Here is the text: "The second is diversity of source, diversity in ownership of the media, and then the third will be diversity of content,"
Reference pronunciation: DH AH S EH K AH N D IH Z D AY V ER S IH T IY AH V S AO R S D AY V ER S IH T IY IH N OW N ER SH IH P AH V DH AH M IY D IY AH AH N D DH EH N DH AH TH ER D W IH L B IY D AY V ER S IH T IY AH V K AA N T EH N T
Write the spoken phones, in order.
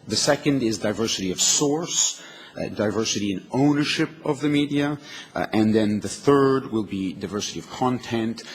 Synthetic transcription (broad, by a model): DH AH S EH K AH N D IH Z D AY V ER S IH T IY AH V S AO R S D AY V ER S IH T IY IH N OW N ER SH IH P AH V DH AH M IY D IY AH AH N DH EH N DH AH TH ER D W IH L B IY D AY V ER S IH T IY AH V K AA N T EH N T